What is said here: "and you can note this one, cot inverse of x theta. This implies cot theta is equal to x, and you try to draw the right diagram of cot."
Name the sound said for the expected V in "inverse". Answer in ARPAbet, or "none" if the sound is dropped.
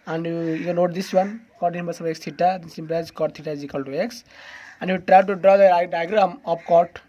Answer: B